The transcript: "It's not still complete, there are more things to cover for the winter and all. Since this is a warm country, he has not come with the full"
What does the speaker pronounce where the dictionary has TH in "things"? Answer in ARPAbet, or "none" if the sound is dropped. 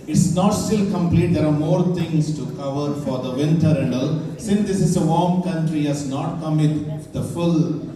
T